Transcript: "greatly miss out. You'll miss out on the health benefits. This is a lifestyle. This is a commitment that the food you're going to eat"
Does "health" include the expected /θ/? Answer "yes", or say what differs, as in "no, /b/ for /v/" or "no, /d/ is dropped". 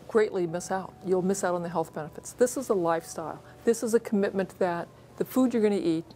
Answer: yes